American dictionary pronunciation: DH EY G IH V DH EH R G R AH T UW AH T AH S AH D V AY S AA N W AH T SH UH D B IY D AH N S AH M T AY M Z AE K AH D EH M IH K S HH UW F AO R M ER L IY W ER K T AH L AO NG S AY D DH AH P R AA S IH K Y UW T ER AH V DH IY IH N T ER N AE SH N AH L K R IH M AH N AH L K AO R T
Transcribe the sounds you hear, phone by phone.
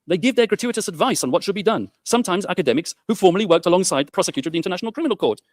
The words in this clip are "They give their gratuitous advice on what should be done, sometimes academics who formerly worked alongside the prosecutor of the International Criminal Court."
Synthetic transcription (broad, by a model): DH EY G IH V DH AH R G R AH T UW AH T AH S AH D V AY S N W AH T SH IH D B IY D AH N S AH M T AY M Z AE K AH D EH M IH K S HH UW F AO R M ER L IY W ER K T AH L AO NG S AY D DH AH P R AA S IH K Y UW T ER AH V DH IY IH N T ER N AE SH N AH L K R IH M AH N AH L K AO R T